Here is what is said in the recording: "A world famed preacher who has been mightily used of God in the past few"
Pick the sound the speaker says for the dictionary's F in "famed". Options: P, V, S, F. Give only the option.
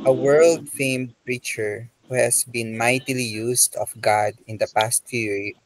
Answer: F